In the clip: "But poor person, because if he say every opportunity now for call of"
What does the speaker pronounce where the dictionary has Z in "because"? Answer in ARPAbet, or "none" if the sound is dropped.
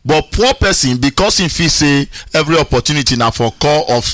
S